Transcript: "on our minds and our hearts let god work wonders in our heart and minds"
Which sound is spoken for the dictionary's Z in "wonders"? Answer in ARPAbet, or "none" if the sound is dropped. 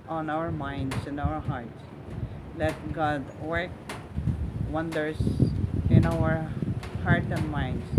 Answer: S